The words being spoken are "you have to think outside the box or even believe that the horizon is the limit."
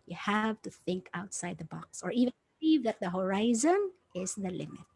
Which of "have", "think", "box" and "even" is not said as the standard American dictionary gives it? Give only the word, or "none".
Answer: none